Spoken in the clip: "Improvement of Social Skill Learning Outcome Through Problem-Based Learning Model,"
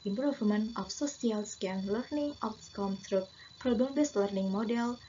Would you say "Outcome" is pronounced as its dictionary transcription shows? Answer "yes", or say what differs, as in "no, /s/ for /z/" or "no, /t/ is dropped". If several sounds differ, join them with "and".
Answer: no, /s/ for /t/